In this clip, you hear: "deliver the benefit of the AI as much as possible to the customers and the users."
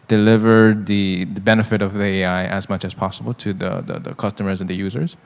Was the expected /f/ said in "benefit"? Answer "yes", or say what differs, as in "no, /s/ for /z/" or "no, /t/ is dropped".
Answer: yes